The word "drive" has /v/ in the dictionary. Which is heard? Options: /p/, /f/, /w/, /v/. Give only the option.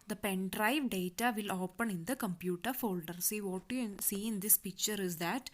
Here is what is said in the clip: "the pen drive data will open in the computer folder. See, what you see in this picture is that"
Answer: /v/